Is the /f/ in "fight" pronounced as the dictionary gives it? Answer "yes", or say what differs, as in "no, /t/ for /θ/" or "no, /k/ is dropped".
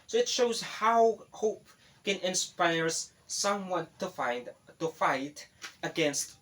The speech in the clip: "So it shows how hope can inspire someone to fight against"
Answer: yes